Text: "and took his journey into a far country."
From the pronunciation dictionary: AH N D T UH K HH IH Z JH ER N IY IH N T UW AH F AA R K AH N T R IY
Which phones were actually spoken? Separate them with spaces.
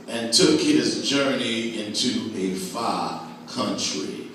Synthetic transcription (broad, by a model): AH N T UH K HH IH Z JH ER N IY IH N T UW AH F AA K AH N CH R IY